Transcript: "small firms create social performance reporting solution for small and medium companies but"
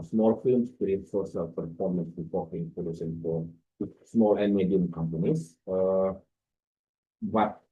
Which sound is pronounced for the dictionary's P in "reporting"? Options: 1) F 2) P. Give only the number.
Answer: 1